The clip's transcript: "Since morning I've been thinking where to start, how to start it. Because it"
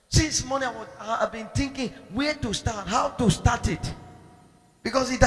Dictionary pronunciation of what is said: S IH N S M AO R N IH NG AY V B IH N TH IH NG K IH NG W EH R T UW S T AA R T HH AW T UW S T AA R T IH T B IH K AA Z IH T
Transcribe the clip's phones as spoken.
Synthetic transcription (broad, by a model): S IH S M AO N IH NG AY W B IH N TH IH NG K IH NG W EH T UW S T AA T HH AW T UW S T AA T IH T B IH K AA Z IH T